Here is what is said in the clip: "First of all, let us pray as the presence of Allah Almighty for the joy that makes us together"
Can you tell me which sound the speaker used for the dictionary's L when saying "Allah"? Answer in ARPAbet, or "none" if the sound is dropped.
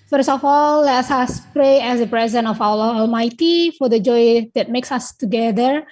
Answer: W